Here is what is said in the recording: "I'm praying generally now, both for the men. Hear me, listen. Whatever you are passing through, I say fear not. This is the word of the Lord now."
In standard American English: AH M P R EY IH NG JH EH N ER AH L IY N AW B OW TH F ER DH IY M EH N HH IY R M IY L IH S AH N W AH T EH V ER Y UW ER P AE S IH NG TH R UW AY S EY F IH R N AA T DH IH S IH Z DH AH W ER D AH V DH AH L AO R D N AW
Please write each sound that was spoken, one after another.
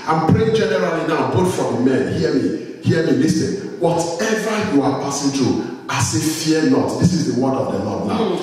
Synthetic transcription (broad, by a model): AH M P R EY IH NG JH EH N ER AH L IY N AW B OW T F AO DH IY M EH N HH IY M M IY L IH S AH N W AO T EH V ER Y UW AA P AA S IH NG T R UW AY S EY F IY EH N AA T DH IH S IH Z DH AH W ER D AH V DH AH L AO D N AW